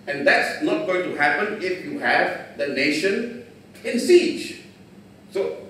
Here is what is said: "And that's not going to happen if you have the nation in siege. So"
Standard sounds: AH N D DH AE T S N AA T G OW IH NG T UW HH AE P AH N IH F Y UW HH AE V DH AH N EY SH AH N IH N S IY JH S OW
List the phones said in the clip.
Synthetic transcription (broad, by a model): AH N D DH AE T S N AA T G OW IH NG T UW HH AE P AH N IH F Y UW HH AE V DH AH N EY SH AH N IH N S IY JH S OW